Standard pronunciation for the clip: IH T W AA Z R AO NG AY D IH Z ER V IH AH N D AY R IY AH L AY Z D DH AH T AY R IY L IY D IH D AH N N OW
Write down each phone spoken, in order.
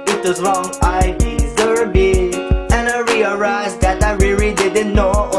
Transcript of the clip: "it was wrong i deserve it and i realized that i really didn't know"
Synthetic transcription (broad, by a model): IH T W AA Z R AO NG AY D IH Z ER B IH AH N AY R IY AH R AY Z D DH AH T AY R IY L IY D IH D AH N N OW